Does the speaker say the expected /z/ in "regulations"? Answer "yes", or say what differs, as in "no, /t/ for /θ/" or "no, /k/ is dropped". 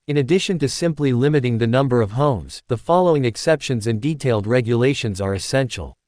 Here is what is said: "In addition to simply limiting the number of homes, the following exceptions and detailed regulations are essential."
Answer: yes